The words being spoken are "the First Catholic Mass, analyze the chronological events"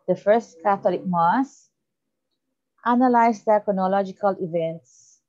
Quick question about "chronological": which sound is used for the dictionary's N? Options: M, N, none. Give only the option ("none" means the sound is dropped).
N